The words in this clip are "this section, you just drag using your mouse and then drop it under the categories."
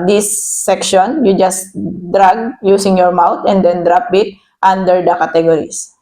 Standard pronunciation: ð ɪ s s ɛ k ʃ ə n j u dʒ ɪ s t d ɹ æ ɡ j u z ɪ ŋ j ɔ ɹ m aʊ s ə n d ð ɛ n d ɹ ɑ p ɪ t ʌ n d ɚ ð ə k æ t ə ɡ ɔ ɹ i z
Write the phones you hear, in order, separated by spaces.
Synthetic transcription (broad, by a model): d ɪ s s ɛ k ʃ ə n j u dʒ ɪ s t d ɹ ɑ ɡ j u s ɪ ŋ j ɔ ɹ m aʊ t ə n d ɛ n d ɹ ɑ p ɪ t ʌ n d ɚ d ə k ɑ t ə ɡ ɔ ɹ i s